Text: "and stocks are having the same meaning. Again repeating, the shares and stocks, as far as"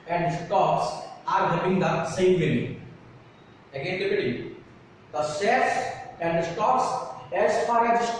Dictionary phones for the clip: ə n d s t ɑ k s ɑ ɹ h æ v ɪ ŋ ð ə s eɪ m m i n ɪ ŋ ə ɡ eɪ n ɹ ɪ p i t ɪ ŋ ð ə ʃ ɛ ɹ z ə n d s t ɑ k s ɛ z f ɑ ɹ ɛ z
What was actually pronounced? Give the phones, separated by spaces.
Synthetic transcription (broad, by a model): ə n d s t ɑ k s ɑ ɹ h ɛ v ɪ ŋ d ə s eɪ m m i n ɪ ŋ ə ɡ eɪ n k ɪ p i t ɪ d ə s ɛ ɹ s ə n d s t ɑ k s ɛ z f ɑ ɹ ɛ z